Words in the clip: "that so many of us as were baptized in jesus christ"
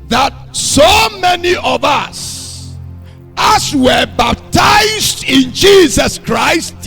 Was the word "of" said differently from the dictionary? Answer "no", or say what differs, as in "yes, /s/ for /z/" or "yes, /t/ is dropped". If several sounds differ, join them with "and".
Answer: no